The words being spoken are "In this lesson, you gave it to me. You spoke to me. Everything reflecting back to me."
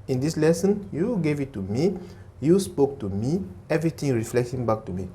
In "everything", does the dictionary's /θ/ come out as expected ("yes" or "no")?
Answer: no